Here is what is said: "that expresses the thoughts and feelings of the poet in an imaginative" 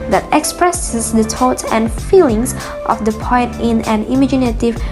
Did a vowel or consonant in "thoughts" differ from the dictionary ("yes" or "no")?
yes